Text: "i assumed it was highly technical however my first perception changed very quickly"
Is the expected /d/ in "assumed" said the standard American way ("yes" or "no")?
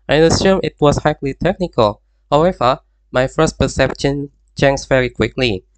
no